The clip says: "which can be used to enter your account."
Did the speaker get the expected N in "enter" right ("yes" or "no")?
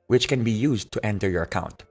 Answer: yes